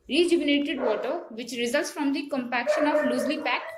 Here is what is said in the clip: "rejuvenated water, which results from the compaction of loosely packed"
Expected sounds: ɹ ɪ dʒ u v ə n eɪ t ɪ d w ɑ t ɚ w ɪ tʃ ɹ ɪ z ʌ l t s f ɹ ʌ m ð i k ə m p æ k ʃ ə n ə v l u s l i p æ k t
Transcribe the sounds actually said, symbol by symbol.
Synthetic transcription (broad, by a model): ɹ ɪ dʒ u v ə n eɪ t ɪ d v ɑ t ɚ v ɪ tʃ ɹ ɪ z ʌ l t s f ɹ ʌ m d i k ə m p æ k ʃ ə n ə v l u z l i p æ k t